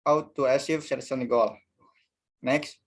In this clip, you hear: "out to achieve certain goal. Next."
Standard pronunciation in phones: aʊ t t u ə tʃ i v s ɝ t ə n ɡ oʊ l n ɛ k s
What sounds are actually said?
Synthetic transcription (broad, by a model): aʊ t t u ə s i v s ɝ s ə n ɡ oʊ l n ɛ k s